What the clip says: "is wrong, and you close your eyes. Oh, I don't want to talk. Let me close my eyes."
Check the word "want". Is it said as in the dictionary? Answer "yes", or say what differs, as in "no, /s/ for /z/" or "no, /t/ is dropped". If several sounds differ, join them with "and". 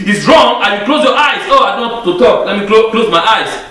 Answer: no, /n/ is dropped